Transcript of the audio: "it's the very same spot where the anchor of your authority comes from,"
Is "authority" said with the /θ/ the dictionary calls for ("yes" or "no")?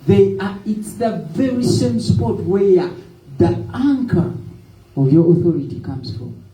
yes